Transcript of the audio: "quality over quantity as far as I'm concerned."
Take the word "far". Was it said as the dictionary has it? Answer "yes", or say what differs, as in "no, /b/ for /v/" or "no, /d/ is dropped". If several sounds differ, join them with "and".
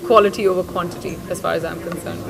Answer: yes